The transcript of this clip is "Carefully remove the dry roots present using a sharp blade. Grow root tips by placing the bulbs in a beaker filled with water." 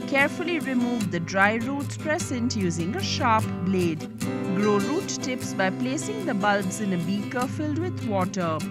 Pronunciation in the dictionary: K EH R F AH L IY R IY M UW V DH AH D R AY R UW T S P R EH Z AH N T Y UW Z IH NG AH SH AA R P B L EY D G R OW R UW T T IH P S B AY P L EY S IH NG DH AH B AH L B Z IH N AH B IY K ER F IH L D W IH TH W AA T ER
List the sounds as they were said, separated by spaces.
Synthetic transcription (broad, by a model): K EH R F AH L IY R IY M UW V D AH D R AY R UW T S P R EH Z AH N T Y UW Z IH NG AH SH AA R P B L EY D G R OW R UW T T IH P S B AY P L EY S IH NG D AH B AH L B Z IH N AH B IY K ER F IH L D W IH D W AA T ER